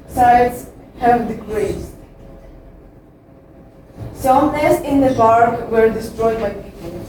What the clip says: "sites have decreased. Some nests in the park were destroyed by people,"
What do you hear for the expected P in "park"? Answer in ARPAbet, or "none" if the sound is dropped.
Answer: B